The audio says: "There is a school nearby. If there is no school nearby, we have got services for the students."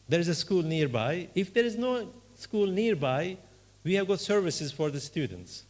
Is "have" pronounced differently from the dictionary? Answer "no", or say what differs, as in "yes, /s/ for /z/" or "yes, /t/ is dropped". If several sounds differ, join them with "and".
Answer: no